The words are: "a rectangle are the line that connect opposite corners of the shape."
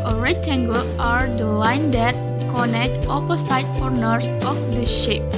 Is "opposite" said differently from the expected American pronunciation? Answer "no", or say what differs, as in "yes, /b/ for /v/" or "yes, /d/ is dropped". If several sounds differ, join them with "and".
yes, /s/ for /z/